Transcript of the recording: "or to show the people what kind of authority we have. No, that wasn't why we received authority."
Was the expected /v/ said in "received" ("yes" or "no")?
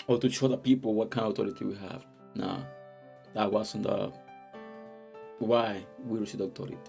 no